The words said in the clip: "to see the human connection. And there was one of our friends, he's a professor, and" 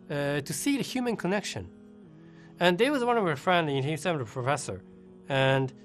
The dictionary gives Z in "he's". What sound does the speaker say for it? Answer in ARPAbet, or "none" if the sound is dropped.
S